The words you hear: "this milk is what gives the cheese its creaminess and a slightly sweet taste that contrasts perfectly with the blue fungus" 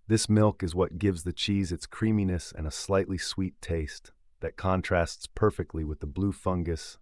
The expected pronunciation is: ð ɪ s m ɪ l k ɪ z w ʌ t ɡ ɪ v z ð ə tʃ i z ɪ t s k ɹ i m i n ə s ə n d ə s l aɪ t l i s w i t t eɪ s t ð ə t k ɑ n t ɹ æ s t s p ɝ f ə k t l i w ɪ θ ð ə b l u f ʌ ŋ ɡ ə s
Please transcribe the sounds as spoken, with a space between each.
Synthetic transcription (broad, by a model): ð ɪ s m ɪ l k ɪ z w ʌ t ɡ ɪ v z ð ə tʃ i z ɪ t s k ɹ i m i n ə s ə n ə s l aɪ t l i s w i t t eɪ s t ð ə t k ɑ n t ɹ æ s t s p ɝ f ə k t l i w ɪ ð ə b l u f ʌ ŋ ɡ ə s